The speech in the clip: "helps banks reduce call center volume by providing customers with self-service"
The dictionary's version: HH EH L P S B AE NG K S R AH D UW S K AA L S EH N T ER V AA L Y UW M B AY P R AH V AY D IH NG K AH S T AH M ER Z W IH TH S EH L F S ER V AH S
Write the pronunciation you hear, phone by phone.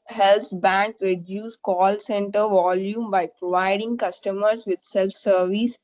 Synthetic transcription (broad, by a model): HH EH L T B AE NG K R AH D UW S K AA L S EH N T ER V AA L Y UW M B AY P R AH V AY D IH NG K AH S T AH M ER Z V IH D S EH L F S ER V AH S